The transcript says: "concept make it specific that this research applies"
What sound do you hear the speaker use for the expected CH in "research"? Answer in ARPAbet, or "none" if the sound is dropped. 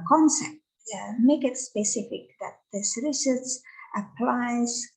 S